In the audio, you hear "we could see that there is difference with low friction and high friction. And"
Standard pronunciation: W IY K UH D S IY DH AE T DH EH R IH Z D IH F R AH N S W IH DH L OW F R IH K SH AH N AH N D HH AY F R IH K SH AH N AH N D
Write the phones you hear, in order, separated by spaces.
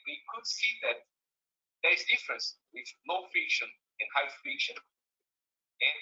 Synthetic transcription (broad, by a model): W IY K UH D S IY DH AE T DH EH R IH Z D IH F R AH N S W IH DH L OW F IH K SH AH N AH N HH AY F IH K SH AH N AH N